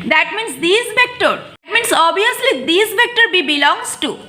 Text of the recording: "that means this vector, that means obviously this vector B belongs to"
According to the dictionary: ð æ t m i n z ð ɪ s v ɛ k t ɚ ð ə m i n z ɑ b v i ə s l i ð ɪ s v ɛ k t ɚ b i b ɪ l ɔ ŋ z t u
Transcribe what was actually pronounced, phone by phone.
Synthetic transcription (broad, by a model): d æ t m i n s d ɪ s v ɛ k t ɚ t m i n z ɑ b i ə s l i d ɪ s v ɛ k t ɚ b i b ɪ l ɔ ŋ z t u